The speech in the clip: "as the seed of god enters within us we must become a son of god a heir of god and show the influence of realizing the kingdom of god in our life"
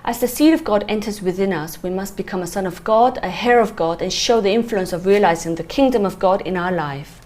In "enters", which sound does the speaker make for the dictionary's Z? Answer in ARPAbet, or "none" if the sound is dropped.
Z